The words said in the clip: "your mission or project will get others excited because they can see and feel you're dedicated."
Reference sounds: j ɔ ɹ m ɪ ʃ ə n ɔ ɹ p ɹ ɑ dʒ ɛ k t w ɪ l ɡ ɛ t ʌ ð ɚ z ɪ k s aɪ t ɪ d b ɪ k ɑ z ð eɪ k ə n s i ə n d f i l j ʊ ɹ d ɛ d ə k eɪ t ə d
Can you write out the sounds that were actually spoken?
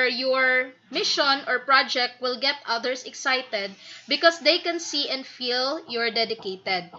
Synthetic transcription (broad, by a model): j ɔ ɹ m ɪ ʃ ə n ɔ ɹ p ɹ ɑ dʒ ɛ k t w ɪ l ɡ ɛ t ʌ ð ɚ s ɪ k s aɪ t ɪ d b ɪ k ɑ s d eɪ k ə n s i ə n d f i l j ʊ ɹ d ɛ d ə k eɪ t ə d